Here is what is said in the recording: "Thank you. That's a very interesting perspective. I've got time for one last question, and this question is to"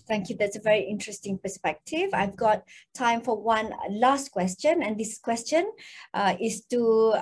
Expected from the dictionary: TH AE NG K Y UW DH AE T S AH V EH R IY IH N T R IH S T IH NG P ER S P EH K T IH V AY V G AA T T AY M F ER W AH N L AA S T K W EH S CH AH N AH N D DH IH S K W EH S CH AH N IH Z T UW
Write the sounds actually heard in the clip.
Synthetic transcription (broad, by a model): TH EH NG K Y UW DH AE T S AH V EH R IY IH N T R IH S T IH NG P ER S P EH K T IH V AY V G AA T T AY M F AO W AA N L AA S T K W EH S CH AH N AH N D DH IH S K W EH S CH AH N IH S T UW